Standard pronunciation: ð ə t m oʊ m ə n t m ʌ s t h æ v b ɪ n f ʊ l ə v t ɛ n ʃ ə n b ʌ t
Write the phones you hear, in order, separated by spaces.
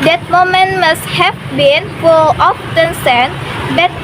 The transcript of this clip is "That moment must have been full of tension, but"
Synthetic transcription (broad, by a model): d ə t m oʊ m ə n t m ʌ s t h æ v b ɪ n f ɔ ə f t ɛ n s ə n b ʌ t